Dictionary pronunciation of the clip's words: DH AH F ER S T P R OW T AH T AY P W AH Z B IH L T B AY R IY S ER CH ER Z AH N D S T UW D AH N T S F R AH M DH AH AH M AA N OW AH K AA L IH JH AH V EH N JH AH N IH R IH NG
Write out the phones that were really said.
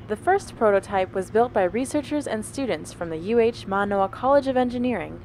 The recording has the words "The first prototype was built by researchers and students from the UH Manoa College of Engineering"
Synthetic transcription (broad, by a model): DH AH F ER S P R OW T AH T AY P W AH Z B IH L T B AY R IY S ER CH ER Z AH N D S T UW D N T S F R AH M DH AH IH M AA N OW AH K AA L IH JH AH V EH N JH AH N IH R IH NG